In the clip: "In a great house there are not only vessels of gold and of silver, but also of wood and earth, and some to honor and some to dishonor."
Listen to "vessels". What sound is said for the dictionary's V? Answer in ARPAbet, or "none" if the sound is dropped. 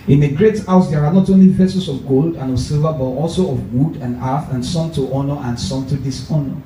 P